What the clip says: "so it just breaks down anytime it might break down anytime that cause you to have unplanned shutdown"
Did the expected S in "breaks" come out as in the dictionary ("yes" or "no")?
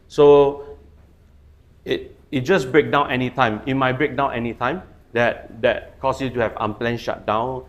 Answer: no